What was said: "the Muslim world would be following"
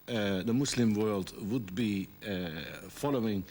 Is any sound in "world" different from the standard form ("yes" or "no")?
no